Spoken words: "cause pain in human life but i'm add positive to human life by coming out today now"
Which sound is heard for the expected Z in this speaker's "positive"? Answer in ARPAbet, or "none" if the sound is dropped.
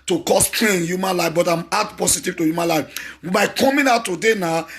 S